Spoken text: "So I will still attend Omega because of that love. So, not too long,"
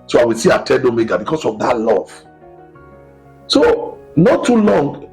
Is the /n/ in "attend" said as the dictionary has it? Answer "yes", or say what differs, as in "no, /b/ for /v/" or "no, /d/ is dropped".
no, /n/ is dropped